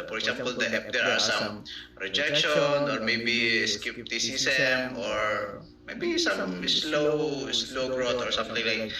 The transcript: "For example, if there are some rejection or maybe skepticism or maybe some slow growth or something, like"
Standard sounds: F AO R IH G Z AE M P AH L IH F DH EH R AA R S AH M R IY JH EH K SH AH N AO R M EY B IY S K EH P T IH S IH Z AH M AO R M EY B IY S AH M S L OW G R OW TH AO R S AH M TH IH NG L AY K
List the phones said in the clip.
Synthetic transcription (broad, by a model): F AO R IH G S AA M P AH L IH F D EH R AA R S AH M R IY JH EH K SH AH N AO R M EY B IY S K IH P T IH S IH S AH M AO R M EY B IY S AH M S L OW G R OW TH AO R S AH M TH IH NG L AY K